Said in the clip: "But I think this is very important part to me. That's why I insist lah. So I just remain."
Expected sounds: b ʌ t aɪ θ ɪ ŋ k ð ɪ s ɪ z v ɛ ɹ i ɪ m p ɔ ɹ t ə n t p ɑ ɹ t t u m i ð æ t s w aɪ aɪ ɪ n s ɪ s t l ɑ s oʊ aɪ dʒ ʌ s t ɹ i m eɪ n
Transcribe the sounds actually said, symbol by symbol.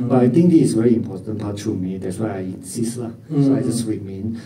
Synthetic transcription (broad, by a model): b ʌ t aɪ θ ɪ ŋ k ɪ ɪ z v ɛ ɹ i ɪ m p ɔ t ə n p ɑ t t u m i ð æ t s w aɪ aɪ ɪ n s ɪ s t l ɑ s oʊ aɪ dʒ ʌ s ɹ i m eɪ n